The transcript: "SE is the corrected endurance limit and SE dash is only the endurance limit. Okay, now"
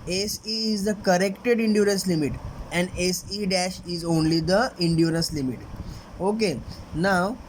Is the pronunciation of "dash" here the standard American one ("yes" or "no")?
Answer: yes